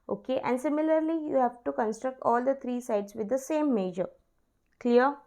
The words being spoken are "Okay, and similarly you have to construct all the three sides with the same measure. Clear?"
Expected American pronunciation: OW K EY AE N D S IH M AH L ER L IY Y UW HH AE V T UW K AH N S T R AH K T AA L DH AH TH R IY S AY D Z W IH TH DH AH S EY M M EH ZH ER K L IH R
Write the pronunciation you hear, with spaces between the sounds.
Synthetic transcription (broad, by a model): OW K EY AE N D S IH M AH L ER L IY Y UW HH AE V T UW K AH N S T R AH K T AA L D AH T R IY S AY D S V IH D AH S EY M M EH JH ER K L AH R